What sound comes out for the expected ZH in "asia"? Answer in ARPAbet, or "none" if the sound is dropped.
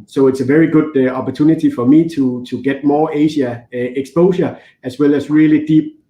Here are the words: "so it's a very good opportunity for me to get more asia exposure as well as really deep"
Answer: SH